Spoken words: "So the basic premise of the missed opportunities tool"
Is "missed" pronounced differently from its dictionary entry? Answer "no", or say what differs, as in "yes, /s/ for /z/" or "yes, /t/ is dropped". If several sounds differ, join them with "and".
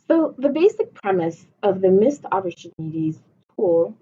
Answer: no